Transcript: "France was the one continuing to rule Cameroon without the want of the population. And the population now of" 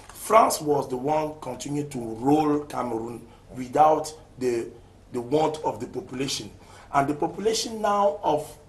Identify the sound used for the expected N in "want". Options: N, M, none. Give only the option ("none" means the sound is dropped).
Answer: N